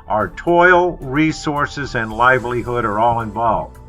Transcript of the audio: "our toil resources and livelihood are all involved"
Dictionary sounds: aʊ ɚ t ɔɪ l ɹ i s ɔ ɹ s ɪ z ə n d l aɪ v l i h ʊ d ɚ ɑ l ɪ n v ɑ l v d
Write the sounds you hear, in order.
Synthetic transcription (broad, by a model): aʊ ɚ t ɔɪ l ɹ i s ɔ ɹ s ɪ z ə n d l aɪ v l i h ʊ d ɚ ɑ l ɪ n v ɑ l v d